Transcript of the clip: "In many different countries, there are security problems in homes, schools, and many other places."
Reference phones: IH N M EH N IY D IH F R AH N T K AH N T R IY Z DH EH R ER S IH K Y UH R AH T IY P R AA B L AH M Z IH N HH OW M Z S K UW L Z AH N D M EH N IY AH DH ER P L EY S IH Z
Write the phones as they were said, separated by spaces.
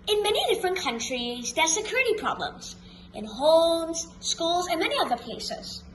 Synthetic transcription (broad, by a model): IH N M EH N IY D IH F R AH N K AH N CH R IY Z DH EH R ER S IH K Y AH R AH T IY P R AA B L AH M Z IH N HH OW M Z S K UW L Z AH N M EH N IY AH DH ER P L EY S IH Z